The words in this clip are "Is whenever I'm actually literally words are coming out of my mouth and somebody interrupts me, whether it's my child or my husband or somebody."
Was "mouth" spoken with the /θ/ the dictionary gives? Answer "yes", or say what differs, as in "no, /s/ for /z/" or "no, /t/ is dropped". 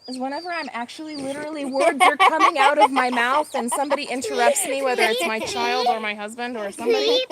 yes